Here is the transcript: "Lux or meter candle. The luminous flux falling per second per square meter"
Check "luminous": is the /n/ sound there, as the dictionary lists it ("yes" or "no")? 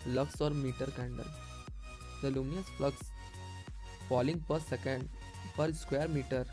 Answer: no